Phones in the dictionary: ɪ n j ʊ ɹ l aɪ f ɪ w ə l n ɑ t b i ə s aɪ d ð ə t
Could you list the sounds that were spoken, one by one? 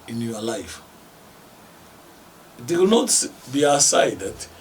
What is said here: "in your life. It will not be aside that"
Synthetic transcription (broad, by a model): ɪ n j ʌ l aɪ f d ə w n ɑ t b i ə s aɪ d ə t